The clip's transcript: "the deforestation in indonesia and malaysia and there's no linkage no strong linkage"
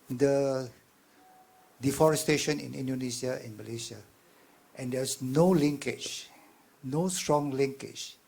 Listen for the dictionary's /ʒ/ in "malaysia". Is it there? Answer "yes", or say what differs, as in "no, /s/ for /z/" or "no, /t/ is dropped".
no, /s/ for /ʒ/